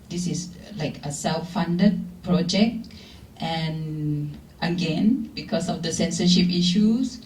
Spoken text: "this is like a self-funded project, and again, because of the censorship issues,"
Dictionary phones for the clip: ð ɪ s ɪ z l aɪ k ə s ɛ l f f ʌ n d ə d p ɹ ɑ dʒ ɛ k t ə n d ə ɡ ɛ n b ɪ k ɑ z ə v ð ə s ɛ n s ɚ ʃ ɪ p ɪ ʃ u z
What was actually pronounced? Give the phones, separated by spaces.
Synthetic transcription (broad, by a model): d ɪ s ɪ s l aɪ k ə s ɛ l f f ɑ n d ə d p ɹ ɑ dʒ ɛ k t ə n ə ɡ ɛ n b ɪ k ɑ s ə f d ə s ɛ n s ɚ ʃ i p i ʃ u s